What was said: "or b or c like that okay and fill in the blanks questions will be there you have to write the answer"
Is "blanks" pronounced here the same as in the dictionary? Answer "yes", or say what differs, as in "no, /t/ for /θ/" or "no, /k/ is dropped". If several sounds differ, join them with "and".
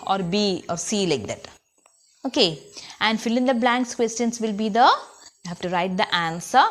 yes